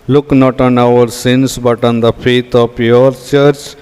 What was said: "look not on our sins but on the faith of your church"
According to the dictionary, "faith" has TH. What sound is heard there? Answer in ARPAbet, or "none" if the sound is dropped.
T